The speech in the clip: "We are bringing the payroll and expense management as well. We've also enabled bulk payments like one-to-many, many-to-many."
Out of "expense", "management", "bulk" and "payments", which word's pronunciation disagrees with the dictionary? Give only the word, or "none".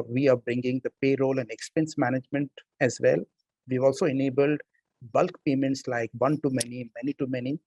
none